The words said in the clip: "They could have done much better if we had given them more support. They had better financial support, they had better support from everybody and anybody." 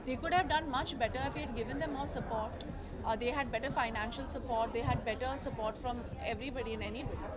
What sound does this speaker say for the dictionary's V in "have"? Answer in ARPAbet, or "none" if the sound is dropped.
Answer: V